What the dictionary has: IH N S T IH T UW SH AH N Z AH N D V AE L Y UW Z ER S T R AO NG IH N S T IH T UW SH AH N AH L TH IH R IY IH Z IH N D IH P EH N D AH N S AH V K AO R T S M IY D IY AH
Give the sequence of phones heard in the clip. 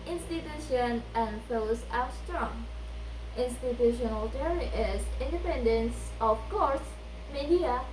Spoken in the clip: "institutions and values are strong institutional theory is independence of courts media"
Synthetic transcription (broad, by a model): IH N S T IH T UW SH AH N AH N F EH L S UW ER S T R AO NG IH N S T IH T UW SH AH N AH L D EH R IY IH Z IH N D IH P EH N D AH N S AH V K AO R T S M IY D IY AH